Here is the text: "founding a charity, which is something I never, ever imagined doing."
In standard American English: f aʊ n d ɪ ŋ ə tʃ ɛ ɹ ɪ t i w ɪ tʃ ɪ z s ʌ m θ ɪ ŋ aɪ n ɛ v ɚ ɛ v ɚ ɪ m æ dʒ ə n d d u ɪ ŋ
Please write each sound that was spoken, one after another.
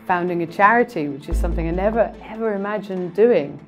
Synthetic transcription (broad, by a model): f aʊ n d ɪ ŋ ə tʃ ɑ ɹ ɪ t i w ɪ tʃ ɪ z s ʌ m θ ɪ ŋ aɪ n ɛ v ɚ ɛ v ɚ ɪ m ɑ dʒ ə n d d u ɪ ŋ